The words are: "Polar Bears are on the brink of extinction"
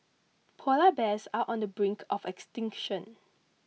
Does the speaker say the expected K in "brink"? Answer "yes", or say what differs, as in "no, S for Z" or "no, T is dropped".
yes